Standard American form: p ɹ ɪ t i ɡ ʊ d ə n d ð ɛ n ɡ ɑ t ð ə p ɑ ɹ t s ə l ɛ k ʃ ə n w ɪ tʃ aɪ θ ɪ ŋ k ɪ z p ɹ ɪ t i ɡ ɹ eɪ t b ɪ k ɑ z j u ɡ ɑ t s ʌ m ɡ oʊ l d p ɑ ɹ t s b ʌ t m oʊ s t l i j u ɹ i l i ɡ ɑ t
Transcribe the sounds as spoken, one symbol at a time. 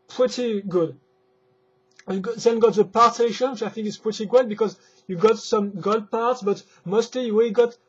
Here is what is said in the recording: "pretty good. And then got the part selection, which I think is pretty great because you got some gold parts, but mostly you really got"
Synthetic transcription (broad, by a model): p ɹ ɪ t i ɡ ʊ d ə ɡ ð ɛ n ɡ ɑ t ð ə p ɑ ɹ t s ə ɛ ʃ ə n w ɪ tʃ aɪ θ ɪ ŋ k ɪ s p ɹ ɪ t i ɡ eɪ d b ɪ k ɑ z j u ɡ ɑ t s ʌ m ɡ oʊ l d p ɑ ɹ t s b ʌ t m oʊ s t l i j u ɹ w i ɡ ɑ t